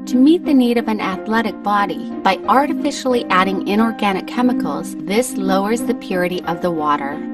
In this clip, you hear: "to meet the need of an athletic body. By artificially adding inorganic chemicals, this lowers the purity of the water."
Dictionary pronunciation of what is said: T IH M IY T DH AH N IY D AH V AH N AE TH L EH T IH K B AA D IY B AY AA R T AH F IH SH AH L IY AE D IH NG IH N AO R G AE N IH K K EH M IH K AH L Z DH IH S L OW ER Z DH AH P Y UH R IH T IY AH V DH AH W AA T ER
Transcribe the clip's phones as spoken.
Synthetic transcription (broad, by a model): T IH M IY T DH AH N IY D AH V AH N AE TH L EH T IH K B AA D IY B AY AA R T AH F IH SH L IY AE D IH NG IH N AO R G AE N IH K K EH M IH K L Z DH IH S L OW ER Z DH AH P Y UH R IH T IY AH V DH AH W AA T ER